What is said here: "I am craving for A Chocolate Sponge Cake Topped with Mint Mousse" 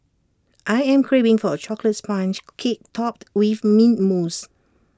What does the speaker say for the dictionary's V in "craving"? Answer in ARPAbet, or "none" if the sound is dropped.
B